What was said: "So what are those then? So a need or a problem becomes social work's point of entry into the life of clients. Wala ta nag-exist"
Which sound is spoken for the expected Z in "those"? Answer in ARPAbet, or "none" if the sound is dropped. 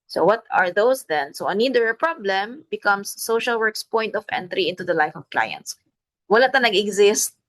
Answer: S